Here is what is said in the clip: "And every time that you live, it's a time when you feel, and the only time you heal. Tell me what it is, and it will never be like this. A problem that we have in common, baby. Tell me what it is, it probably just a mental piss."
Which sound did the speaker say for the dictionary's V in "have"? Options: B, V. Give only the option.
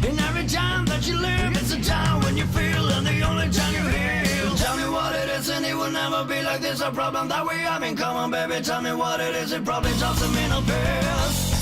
B